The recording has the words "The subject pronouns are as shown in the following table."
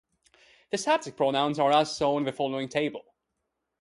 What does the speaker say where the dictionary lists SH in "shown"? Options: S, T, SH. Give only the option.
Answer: S